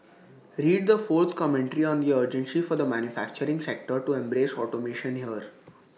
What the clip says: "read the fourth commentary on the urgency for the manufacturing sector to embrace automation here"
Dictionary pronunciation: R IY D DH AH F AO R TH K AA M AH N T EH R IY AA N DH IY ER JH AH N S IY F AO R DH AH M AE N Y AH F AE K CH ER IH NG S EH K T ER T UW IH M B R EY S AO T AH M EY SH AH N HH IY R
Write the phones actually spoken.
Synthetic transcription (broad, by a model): R IY D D AH F AO R T K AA M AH N T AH R IY AA N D IY ER JH AH N S IY F AO R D AH M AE N Y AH F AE K CH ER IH NG S EH K T ER T UW IH M B R EY S AO T AH M EY SH AH N HH IY R